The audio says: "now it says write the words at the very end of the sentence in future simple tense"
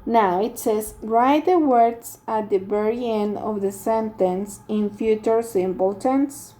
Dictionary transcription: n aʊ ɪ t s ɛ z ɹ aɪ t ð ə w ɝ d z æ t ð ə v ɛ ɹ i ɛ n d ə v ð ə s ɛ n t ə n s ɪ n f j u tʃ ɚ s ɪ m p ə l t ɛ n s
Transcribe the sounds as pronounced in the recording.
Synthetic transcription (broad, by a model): n aʊ ɪ t s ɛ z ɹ aɪ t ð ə w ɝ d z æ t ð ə b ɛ ɹ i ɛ n ə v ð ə s ɛ n t ə n s ɪ n f j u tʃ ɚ s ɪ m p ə l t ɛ n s